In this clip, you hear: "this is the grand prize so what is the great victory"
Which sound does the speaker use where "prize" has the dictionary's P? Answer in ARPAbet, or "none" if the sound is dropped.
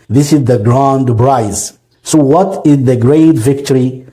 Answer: B